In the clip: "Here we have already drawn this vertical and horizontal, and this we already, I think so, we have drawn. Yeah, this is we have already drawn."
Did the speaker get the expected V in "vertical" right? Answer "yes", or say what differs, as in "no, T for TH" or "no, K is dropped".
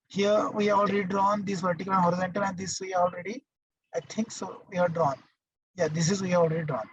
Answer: no, P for V